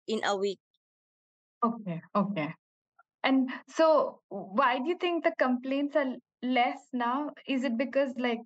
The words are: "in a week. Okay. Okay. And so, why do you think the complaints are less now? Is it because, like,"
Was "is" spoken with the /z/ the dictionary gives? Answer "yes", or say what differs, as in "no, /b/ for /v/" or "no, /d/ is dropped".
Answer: yes